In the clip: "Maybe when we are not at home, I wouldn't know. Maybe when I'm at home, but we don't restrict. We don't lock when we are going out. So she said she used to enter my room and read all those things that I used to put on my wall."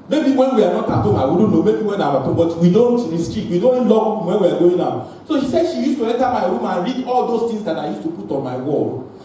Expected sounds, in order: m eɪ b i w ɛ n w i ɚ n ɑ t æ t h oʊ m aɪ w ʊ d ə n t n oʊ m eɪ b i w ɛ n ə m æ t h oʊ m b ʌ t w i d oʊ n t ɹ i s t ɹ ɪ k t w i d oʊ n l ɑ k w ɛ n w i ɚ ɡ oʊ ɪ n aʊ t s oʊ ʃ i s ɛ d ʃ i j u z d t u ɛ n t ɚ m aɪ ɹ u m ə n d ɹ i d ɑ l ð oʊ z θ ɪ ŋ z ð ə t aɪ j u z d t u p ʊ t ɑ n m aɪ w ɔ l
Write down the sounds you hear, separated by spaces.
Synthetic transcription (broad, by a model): m eɪ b i w ɛ n w i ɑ n ɑ t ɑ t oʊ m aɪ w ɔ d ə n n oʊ m eɪ b i w ɛ n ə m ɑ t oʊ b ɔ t w i d oʊ n t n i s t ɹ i t w i d oʊ n l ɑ w ɛ n w i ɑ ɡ oʊ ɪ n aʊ s oʊ ʃ i s ɛ d ʃ i j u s t u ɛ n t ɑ m aɪ ɹ u m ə n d ɹ i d ɑ l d oʊ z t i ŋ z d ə t aɪ j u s t u p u t ɑ n m aɪ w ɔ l